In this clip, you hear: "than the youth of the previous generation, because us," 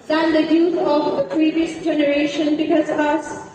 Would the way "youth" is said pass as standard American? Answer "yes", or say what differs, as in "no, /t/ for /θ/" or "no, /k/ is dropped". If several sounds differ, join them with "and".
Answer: no, /t/ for /θ/